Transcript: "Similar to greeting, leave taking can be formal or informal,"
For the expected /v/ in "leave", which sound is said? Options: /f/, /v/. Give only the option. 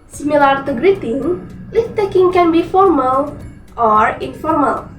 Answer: /f/